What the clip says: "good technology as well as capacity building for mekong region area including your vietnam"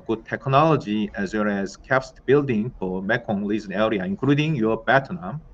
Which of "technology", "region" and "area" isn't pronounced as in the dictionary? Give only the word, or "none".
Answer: region